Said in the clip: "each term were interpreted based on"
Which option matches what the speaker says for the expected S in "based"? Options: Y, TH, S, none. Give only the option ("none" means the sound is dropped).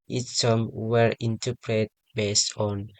S